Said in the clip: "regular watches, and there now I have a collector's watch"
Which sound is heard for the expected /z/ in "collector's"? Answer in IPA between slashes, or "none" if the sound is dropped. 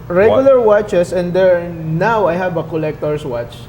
/s/